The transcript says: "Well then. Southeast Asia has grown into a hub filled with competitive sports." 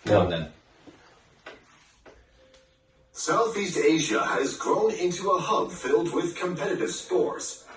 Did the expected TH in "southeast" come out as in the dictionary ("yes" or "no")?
yes